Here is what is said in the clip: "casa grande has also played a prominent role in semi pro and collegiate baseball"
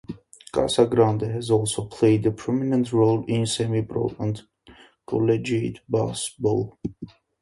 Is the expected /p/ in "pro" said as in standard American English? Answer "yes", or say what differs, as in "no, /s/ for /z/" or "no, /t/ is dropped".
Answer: no, /b/ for /p/